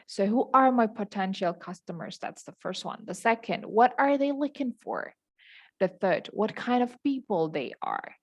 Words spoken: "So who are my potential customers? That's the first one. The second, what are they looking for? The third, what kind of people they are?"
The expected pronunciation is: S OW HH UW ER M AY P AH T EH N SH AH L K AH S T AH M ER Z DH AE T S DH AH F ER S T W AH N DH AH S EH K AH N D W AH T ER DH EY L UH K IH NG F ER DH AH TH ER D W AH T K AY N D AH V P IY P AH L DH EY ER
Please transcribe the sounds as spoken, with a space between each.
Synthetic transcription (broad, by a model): S OW HH UW ER M AY P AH T EH N SH L K AH S T AH M ER Z DH AE T S DH AH F ER S T W AH N DH AH S EH K AH N D W AH T ER DH EY L UH K IH NG F ER DH AH TH ER D W AH T K AY N D AH V P IY P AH L DH EY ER